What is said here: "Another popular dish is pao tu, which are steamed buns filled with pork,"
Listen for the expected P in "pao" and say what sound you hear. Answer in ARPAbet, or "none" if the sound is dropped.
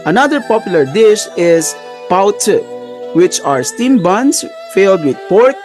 P